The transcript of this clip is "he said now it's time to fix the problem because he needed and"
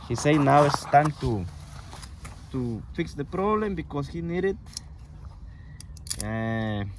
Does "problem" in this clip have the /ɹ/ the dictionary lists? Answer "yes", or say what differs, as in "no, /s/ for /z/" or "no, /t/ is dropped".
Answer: yes